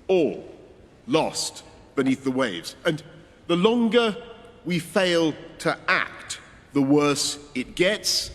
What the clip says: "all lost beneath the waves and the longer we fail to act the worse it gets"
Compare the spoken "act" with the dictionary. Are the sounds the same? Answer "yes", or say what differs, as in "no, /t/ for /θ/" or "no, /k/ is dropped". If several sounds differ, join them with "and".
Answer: yes